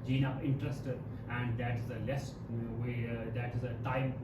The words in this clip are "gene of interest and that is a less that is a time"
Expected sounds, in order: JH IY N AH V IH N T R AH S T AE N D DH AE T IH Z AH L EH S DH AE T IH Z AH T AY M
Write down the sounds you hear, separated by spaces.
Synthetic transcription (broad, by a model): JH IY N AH P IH N T R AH S T AE N D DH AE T IH Z AH L EH S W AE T IH Z AH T AY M